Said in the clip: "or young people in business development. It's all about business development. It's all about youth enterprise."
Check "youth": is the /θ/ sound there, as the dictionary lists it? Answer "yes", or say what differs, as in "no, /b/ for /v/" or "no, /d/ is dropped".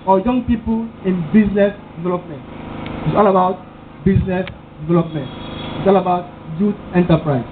no, /t/ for /θ/